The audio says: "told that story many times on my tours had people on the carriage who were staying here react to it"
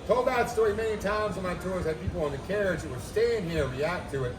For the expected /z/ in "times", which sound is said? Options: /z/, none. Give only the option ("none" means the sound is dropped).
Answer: /z/